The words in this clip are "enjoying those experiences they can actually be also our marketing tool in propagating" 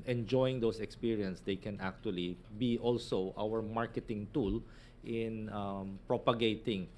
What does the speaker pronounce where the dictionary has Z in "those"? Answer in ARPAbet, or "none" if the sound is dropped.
S